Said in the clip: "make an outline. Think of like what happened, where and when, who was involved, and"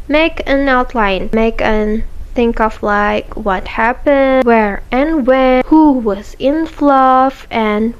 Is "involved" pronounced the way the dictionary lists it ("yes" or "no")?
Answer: no